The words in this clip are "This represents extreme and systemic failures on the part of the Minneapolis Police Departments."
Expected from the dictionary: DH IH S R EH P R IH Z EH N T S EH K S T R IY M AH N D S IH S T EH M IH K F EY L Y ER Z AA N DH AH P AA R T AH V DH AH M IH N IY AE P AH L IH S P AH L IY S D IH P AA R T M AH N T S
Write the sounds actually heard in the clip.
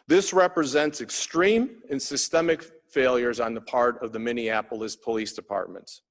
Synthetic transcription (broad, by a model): DH IH S R EH P R IH Z EH N T S EH K S T R IY M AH N S IH S T EH M IH K F EY L Y ER Z N DH AH P AA R T AH V DH AH M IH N IY AE P L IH S P AH L IY S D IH P AA R T M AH N T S